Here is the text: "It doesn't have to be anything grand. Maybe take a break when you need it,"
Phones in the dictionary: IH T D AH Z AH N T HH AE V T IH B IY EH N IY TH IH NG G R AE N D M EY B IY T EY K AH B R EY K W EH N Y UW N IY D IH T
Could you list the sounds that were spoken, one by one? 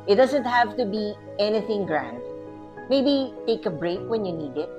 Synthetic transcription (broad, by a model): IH T D AH Z AH N T HH AE V T IH B IY EH N IY TH IH NG G R AE N D M EY B IY T EY K AH B R EY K W EH N Y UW N IY D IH T